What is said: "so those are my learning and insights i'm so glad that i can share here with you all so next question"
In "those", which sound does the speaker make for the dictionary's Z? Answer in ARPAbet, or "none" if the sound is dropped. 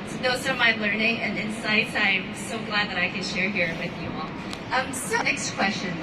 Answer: none